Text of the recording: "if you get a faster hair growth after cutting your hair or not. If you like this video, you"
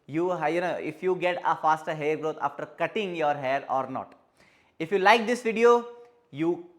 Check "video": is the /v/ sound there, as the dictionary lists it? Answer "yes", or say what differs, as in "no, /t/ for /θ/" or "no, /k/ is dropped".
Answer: yes